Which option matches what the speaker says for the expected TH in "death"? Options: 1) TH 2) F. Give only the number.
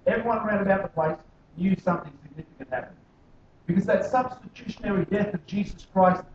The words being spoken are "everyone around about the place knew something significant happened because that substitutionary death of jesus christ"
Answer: 1